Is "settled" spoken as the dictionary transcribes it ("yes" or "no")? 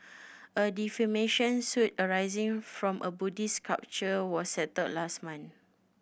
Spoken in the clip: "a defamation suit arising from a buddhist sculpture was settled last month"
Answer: no